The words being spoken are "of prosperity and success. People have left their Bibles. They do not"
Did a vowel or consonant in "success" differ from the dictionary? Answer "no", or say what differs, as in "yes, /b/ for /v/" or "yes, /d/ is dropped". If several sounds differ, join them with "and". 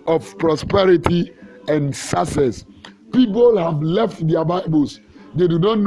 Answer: yes, /k/ is dropped